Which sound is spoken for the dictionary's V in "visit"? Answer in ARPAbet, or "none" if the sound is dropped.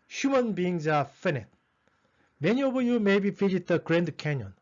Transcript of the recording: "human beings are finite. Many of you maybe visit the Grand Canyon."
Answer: F